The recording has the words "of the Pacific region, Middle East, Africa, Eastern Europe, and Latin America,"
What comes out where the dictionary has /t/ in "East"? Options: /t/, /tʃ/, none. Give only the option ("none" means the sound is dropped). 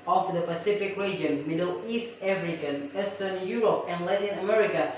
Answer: /t/